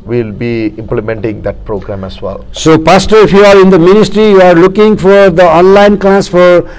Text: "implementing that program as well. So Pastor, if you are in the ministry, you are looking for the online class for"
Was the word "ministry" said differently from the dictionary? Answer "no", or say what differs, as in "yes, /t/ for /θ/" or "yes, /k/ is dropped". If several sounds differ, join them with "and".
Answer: no